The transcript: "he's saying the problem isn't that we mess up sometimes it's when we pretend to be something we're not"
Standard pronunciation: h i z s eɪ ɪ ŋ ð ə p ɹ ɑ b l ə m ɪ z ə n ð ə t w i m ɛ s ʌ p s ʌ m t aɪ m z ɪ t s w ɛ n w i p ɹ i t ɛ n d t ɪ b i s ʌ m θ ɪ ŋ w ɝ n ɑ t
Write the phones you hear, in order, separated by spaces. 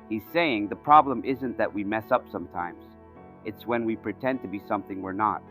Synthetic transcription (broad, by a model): h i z s eɪ ɪ ŋ ð ə p ɹ ɑ b l ə m ɪ z ə n ð ə t w i m ɛ s ʌ p s ʌ m t aɪ m z ɪ t s w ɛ n w i p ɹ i t ɛ n t ɪ b i s ʌ m θ ɪ ŋ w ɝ n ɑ t